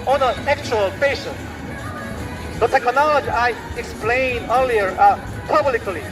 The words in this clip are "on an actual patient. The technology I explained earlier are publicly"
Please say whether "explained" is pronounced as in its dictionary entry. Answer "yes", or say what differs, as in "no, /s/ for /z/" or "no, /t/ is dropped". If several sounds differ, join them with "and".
no, /d/ is dropped